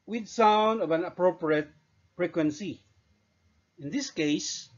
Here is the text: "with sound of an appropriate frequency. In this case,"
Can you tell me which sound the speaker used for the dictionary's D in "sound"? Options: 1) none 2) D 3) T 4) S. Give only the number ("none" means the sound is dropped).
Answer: 2